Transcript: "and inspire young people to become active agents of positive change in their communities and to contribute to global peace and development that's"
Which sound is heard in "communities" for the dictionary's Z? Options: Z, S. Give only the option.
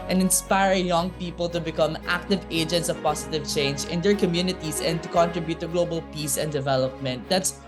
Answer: S